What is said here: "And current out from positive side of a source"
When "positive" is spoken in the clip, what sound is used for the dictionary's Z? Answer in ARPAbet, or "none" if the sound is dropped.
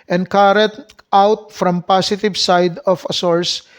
S